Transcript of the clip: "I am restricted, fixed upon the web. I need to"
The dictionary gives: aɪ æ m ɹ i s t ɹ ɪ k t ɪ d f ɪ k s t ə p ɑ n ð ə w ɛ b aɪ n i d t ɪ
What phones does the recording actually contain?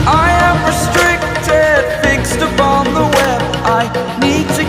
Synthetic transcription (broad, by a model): aɪ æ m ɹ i s t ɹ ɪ k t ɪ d f ɪ k s t ə p ɑ n ð ə w ɛ b aɪ n i d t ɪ